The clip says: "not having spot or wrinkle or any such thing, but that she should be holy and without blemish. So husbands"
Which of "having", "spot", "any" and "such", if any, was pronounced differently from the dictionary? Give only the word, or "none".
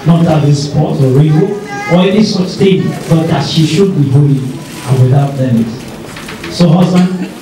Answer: having